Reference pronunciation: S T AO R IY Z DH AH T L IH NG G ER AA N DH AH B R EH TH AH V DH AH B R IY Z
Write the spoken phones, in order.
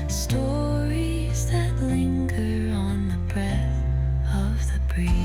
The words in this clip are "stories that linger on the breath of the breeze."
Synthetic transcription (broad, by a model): S T AO R IY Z DH AH T L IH NG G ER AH N DH AH B R EH TH AH V DH AH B R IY